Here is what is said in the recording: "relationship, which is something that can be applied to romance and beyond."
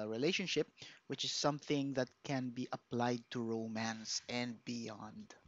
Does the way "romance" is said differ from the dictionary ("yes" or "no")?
no